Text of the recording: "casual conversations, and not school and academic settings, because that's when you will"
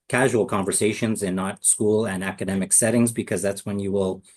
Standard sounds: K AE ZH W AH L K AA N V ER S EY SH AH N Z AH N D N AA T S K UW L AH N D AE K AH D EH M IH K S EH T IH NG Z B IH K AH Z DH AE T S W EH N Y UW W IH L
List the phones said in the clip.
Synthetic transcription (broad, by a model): K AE ZH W L K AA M V ER S EY SH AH N Z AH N N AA T S K UW L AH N AE K AH D EH M IH K S EH T IH NG Z B IH K AH Z DH AE T S W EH N Y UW W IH L